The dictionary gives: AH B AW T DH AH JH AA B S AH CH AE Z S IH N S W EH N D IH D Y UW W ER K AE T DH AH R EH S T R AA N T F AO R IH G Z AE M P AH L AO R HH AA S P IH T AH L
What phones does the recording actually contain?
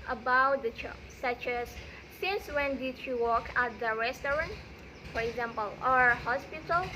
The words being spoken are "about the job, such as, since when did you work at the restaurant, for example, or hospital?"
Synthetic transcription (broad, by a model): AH B AW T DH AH CH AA S AH CH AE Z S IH N S W EH N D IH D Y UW W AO K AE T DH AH R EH S T R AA N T F AO R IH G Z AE M P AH L AO R HH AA S P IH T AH L